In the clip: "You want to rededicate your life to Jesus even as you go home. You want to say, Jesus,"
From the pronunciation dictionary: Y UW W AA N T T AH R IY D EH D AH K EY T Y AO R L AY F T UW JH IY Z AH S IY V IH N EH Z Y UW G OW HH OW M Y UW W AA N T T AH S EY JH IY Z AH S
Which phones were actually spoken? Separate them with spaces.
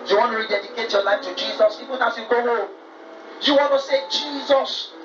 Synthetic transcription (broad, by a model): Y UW W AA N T T AH R IY D EH D AH K EY T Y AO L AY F T UW JH IY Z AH S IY P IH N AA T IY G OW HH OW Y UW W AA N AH S EY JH IY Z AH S